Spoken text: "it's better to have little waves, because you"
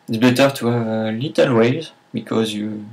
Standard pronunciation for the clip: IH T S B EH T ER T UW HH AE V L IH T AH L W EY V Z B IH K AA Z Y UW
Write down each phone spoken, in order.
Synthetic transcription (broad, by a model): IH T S B EH T ER T UW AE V L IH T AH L W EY Z B IH K AA Z Y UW